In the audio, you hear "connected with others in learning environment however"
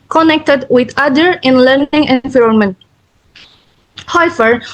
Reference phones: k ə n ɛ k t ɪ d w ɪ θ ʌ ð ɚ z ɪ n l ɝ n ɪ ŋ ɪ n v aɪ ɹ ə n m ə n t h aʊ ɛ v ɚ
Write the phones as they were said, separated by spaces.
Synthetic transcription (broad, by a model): k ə n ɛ k t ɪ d w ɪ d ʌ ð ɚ ɪ n l ɝ n ɪ ŋ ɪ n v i ɹ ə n m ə n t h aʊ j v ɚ